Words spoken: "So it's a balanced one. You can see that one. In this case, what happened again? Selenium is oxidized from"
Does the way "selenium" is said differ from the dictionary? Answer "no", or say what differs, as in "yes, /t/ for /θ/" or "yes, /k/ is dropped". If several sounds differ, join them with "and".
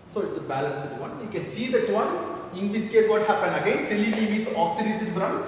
yes, /l/ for /n/